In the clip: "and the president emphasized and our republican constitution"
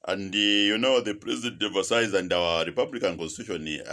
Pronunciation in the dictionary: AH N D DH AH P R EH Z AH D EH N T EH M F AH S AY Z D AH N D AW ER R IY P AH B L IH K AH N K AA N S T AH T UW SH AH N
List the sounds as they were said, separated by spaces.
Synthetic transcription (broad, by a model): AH N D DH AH P R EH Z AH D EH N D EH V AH S AY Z AH N D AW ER R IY P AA B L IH K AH N K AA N S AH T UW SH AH N